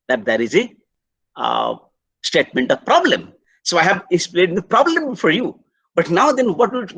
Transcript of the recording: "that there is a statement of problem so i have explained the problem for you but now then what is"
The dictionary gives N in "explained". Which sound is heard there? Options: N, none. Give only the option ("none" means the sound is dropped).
none